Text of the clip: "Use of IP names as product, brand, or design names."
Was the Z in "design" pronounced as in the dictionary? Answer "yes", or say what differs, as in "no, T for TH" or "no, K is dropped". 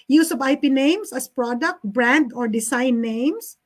no, S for Z